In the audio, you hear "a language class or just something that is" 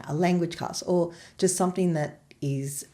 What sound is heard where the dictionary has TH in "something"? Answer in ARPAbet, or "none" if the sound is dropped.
TH